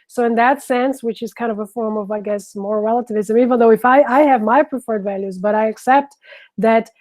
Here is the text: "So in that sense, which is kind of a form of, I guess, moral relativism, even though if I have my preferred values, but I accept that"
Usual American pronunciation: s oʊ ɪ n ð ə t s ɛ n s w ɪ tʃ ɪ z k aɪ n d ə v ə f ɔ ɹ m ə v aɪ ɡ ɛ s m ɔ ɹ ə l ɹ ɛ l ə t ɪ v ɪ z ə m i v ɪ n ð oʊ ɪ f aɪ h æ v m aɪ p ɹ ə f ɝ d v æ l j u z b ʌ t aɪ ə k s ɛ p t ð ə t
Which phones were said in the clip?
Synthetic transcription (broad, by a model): s oʊ ɪ n ð ə t s ɛ n s w ɪ tʃ ɪ z k aɪ n d ə v ə f ɔ ɹ m ə v aɪ ɡ ɛ s m ɔ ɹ ɹ ɛ l ə t ɪ v ɪ z ə m i v ɪ n ð oʊ ɪ f aɪ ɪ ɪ v m aɪ p ɹ ə f ɝ d v æ l j u z b ʌ t aɪ ə k s ɛ p t ð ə t